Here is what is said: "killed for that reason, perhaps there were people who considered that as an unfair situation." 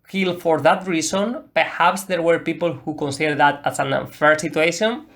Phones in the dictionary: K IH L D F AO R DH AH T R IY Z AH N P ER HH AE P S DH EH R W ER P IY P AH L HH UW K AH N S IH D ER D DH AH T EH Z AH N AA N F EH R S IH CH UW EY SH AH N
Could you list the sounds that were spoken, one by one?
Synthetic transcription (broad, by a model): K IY L F AO R DH AH T R IY S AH N P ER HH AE P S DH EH R W ER P IY P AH L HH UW K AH N S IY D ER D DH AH T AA S AH N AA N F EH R S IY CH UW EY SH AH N